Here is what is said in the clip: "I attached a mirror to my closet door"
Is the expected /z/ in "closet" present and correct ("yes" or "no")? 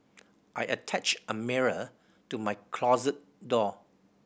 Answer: yes